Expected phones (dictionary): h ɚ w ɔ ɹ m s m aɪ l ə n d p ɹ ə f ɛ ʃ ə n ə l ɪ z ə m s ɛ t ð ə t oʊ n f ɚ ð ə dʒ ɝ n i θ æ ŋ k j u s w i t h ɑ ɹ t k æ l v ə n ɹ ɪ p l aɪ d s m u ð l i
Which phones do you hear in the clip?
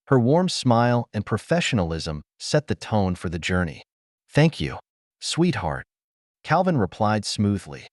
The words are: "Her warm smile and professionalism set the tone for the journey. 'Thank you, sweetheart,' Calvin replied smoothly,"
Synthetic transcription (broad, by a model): h ɚ w ɔ ɹ m s m aɪ l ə n p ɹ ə f ɛ ʃ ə n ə l ɪ z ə m s ɛ t ð ə t oʊ n f ɚ ð ə dʒ ɝ n i θ æ ŋ k j u s w i t h ɑ ɹ t k æ l v ə n ɹ ɪ p l aɪ d s m u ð l i